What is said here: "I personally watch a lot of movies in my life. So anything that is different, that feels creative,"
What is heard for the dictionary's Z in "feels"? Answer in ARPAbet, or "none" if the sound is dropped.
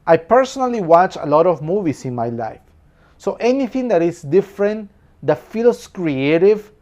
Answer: S